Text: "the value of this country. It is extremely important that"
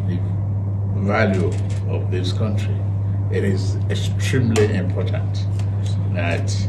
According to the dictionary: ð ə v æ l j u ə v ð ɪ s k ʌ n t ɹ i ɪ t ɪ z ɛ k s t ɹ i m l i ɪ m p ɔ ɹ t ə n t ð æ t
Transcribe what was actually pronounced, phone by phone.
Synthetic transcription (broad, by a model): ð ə v æ l j u ə v ð ɪ s k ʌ n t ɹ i ɪ t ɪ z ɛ k s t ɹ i m l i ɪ m p ɔ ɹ t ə n t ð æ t